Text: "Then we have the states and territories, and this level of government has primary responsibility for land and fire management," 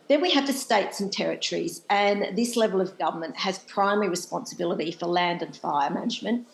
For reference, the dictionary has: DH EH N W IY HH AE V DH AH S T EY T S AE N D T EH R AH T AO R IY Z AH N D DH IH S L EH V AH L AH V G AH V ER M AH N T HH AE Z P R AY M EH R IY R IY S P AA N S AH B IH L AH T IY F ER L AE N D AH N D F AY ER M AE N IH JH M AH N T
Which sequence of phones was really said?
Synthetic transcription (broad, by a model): DH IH N W IY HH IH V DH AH S T EY T S N T EH R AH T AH R IY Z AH N DH IH S L EH V AH L AH V G AH V ER M AH N T HH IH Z P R AY M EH R IY R IY S P AA N S AH B IH L AH T IY F ER L AE N D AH N F AY ER M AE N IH JH M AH N T